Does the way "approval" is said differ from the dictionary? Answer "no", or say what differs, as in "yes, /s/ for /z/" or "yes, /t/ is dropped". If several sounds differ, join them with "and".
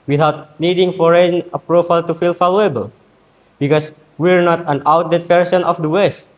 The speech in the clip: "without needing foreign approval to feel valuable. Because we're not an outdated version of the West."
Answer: yes, /f/ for /v/